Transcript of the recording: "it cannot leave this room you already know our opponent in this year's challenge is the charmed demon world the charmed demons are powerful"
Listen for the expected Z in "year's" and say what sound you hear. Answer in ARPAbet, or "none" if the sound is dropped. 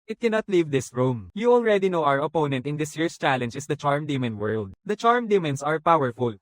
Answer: S